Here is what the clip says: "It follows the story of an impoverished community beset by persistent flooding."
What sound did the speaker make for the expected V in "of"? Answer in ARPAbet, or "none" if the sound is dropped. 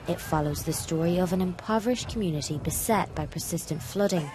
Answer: V